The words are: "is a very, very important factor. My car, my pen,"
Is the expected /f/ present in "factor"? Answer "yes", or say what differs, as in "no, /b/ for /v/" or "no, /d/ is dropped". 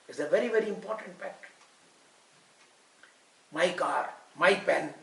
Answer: no, /p/ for /f/